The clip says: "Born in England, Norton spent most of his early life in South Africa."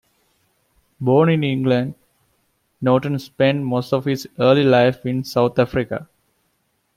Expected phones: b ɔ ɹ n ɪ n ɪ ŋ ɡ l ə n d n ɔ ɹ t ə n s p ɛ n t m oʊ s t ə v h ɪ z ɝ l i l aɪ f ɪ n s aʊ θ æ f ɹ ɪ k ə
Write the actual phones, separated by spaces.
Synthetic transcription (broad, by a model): b ɔ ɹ n ɪ n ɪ ŋ ɡ l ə n d n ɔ t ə n s p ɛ n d m oʊ s t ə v h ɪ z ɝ l i l aɪ f ɪ n s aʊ t æ f ɹ ɪ k ə